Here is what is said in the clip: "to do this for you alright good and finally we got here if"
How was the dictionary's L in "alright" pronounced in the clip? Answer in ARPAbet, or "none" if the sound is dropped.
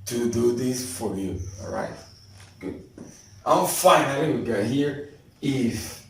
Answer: none